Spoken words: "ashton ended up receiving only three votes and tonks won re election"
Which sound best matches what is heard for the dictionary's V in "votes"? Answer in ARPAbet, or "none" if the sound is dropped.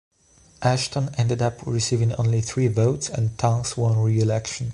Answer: V